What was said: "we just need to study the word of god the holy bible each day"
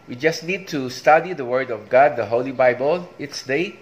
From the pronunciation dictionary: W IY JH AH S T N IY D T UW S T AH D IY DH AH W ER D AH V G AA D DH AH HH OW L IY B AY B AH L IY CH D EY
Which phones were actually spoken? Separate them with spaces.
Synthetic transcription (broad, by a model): W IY JH AH S T N IY D T UW S T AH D IY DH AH W ER D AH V G AA D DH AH HH OW L IY B AY B AH L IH S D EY